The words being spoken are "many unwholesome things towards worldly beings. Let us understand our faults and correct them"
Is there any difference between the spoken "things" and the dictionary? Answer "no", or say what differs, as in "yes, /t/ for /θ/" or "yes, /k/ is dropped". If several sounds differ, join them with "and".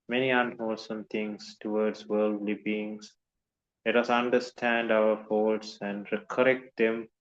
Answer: yes, /t/ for /θ/